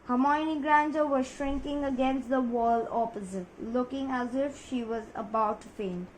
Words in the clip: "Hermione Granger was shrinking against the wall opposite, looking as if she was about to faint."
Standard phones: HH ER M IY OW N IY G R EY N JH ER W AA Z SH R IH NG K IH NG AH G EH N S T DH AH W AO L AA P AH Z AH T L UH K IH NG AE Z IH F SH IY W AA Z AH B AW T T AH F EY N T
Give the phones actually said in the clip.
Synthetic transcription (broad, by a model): HH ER M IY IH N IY G R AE N JH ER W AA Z SH R IH NG K IH NG AH G EH N S T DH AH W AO L AA P AH Z AH T L UH K IH NG AE Z IH F SH IY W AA Z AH B AW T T F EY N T